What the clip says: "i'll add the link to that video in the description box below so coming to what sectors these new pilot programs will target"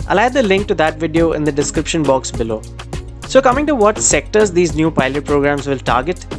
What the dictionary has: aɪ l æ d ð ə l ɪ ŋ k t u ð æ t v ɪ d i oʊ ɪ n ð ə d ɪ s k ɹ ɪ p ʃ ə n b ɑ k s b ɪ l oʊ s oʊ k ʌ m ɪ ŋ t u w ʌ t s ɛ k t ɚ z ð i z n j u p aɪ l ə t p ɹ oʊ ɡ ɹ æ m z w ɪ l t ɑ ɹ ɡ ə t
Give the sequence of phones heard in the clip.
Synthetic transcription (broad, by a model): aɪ l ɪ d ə l ɪ ŋ k t u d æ t v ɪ d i oʊ ɪ n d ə d ɪ s k ɹ ɪ p ʃ ə n b ɑ k s b ɪ l oʊ s oʊ k ʌ m ɪ ŋ t u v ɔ t s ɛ k t ɚ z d i z n j u p aɪ l ə t p ɹ oʊ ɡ ɹ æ m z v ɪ l t ɑ ɹ ɡ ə t